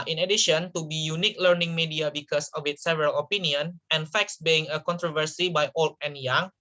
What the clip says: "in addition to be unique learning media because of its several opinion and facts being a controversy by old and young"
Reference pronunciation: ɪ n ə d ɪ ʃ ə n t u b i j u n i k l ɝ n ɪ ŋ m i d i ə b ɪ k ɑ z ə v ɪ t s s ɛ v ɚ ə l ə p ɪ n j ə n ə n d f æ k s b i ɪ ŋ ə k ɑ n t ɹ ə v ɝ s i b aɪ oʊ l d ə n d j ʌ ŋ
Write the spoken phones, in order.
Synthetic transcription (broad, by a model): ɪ n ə d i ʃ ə n t u b i j u n i k l ɝ n ɪ ŋ m i d i ə b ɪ k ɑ s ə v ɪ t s s ɛ v ɚ ə l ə p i n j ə n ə n f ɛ k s b i ɪ ŋ ə k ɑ n t ɹ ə v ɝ s i b aɪ oʊ l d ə n j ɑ ŋ